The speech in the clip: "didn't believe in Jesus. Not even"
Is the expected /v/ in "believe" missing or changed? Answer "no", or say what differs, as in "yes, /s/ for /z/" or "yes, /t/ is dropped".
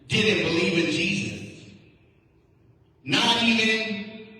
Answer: no